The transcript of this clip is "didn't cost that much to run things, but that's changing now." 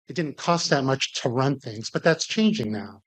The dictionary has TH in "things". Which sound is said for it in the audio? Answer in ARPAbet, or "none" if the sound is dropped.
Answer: TH